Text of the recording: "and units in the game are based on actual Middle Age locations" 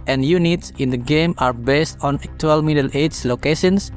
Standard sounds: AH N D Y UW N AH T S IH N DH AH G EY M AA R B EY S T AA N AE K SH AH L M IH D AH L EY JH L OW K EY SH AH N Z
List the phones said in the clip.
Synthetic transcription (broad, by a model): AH N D Y UW N AH T S IH N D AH G EY M AA R B EY S T AA N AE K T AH L M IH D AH L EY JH L OW K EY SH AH N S